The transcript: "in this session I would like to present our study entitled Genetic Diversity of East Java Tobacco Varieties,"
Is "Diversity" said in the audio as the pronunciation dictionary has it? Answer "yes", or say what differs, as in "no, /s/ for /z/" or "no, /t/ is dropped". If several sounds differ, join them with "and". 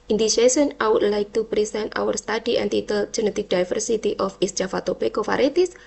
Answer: no, /f/ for /v/